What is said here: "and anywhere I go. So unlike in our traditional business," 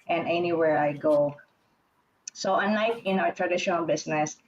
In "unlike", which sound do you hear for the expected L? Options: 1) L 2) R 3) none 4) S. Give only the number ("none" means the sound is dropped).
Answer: 3